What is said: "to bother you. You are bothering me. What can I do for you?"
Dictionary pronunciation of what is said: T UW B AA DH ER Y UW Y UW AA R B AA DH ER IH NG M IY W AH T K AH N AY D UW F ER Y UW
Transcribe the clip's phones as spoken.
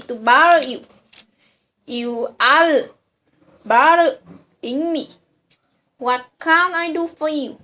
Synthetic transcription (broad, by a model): T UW B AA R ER Y UW Y UW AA L B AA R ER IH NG M IY W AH T K AH N AY D UW F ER Y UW